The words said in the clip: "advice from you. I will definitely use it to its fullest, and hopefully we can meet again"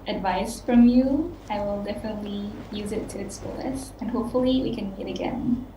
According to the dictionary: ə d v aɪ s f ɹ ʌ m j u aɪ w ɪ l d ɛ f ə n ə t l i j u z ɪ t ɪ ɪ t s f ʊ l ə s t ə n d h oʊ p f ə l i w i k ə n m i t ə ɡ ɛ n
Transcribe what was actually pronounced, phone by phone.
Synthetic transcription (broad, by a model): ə d v aɪ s f ɹ ʌ m j u aɪ w ɪ l d ɛ f ə n ə t l i j u z ɪ t ɪ ɪ t s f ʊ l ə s ə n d h oʊ p f ə l i w i k ə n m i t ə ɡ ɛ n